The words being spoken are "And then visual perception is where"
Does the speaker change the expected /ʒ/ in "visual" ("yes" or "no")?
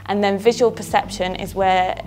no